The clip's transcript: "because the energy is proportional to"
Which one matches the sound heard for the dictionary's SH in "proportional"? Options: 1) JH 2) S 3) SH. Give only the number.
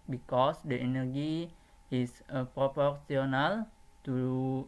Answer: 2